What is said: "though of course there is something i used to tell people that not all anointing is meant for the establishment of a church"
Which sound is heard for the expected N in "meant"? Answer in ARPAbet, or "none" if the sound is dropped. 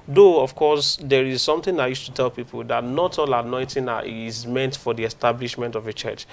N